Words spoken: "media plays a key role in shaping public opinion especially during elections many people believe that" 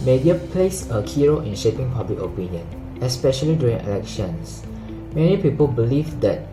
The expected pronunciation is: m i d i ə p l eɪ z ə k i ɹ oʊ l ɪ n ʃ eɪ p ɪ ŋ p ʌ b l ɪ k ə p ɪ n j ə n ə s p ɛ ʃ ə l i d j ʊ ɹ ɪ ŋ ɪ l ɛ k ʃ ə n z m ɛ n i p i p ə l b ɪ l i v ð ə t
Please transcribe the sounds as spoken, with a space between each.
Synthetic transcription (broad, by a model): m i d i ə p l eɪ s ə k i ɹ oʊ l ɪ n ʃ eɪ p ɪ ŋ p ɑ b l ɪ k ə p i n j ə n ə s p ɛ ʃ ə l i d j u ɹ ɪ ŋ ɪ l ɛ k ʃ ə n s m ɛ n i p i p ə l b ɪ l i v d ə t